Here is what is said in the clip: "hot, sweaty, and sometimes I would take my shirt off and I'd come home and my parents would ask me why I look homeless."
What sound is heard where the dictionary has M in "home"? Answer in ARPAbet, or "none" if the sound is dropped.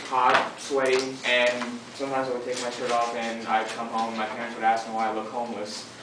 none